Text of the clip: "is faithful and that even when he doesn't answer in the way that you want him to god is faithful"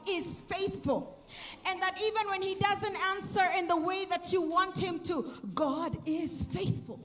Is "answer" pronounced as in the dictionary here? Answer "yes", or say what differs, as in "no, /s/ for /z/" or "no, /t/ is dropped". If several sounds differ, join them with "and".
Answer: yes